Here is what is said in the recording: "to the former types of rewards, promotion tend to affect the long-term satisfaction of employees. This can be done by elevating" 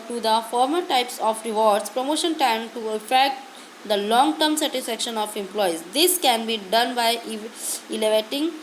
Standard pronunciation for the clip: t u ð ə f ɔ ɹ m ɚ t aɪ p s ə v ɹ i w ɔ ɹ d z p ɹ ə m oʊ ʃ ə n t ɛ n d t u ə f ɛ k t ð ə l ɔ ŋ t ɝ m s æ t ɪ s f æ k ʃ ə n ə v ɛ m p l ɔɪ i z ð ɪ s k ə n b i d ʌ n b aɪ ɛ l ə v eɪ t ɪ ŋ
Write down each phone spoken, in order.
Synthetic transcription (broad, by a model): t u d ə f ɔ ɹ m ɚ t aɪ p s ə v ɹ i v ɔ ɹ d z p ɹ ə m oʊ ʃ ə n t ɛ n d t u ə f ɛ k t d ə l ɔ ŋ t ɝ m s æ t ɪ s f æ k ʃ ə n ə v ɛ m p l ɔɪ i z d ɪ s k ə n b i d ʌ n b aɪ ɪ l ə v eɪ t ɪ ŋ